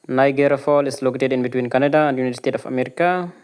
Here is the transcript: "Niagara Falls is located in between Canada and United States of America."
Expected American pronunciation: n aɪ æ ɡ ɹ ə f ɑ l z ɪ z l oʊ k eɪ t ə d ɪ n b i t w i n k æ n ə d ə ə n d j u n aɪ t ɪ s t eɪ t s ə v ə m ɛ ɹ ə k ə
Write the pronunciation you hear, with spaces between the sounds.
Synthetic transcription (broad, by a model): n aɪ ɡ ɹ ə f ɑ l ɪ s l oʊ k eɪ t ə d ɪ n b i t w i n k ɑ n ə d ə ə n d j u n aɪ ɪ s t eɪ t ə f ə m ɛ ɹ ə k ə